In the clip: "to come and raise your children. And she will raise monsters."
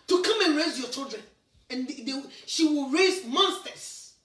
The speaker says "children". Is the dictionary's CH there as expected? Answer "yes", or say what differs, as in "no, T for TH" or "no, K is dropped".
yes